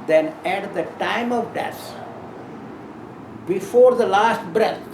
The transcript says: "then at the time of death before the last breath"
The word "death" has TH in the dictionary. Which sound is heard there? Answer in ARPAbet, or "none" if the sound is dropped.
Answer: S